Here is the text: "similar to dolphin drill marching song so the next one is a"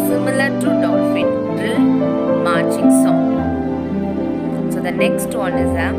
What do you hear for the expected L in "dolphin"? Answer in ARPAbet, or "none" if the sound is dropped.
none